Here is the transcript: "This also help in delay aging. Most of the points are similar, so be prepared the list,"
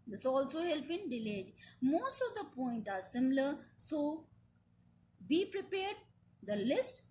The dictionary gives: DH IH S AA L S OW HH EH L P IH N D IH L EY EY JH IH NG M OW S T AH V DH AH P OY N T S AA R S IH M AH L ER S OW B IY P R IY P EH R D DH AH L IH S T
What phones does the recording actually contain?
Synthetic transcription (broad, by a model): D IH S AA L S OW HH EH L P IH N D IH L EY EY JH M OW S T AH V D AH P OY N T AA R S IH M L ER S OW B IY P R IY P EH R D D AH L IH S T